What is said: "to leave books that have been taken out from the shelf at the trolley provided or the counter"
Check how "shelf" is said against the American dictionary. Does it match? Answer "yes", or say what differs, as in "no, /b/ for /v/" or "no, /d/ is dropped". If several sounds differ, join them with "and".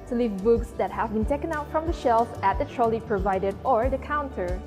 yes